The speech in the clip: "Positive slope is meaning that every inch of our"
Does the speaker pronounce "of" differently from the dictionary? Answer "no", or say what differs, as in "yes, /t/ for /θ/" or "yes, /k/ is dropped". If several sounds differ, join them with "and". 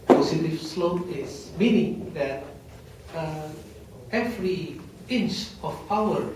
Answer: yes, /p/ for /v/